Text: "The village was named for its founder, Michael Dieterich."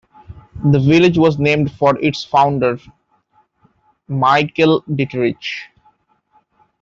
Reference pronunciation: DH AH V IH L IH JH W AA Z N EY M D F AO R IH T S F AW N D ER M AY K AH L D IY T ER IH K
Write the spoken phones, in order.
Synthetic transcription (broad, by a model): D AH V IH L IH JH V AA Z N EY M D F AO R IH T S F AW N D ER M AY K AH L D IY T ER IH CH